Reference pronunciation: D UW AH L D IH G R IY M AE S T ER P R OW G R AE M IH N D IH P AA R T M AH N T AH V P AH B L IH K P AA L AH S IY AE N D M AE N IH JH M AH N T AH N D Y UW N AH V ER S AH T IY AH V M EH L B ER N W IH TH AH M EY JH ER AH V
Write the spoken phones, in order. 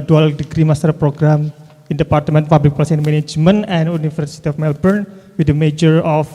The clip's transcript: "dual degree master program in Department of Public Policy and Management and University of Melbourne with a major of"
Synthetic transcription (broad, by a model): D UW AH L D IH G R IY M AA S T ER P R OW G R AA M IH N D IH P AA R T M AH N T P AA B L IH K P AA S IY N M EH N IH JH M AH N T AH N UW N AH F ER S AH T IY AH F M EH L B ER N W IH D AH M EY JH ER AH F